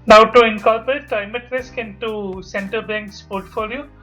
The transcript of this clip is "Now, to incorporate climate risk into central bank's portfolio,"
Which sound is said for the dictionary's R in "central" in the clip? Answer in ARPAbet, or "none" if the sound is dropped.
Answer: none